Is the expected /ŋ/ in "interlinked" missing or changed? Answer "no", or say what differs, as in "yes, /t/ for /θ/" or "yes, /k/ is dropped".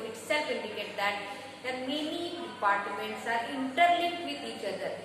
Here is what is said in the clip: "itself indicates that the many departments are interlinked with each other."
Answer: yes, /ŋ/ is dropped